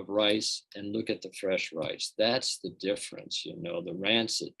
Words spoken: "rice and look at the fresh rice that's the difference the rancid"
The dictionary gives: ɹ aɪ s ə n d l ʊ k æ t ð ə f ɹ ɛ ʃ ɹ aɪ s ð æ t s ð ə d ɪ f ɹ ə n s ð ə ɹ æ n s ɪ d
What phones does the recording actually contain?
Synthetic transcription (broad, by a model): ɹ aɪ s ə n l ʊ k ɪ t ð ə f ɹ ɛ ʃ ɹ aɪ s ð æ t s ð ə d ɪ f ɹ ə n s ð ə ɹ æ n s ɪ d